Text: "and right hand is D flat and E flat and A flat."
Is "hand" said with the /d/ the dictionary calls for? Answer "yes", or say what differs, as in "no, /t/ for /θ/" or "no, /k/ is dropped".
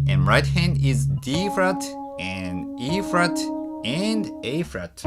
yes